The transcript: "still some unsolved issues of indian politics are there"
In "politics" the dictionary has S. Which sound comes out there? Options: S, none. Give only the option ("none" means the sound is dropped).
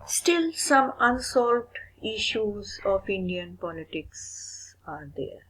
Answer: S